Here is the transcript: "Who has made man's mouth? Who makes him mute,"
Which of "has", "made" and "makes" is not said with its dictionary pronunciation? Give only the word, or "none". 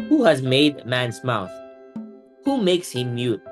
none